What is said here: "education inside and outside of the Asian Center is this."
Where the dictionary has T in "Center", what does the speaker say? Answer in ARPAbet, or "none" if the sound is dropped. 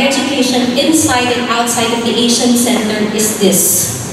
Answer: T